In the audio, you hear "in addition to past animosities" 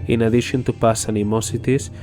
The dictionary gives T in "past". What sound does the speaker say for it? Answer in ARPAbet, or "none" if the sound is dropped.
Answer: none